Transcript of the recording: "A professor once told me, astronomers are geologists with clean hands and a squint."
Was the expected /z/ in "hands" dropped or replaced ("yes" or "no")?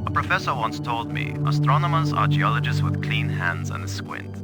no